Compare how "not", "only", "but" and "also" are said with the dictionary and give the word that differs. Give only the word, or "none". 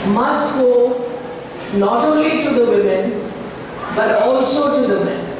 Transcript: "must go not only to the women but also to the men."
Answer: none